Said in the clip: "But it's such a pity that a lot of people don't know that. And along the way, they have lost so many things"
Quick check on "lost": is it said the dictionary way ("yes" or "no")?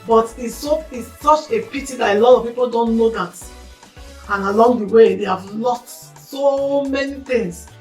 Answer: no